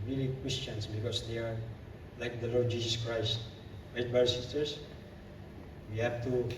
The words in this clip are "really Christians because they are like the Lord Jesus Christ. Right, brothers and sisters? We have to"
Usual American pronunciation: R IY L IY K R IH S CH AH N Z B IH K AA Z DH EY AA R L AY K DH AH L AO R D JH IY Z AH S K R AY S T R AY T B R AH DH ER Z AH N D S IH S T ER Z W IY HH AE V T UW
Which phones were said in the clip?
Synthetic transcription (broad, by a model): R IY L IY K W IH S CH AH N S B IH K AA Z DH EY AA R L AY K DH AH L AO R D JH IY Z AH S K R AY S T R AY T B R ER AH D S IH S T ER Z W IY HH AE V T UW